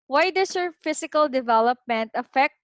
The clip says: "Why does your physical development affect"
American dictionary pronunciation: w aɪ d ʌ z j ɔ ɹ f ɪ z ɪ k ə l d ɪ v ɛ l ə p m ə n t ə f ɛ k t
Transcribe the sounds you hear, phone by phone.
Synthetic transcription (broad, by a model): w aɪ d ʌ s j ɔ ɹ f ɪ s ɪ k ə l d ɪ v ɛ l ə p m ə n t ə f ɛ k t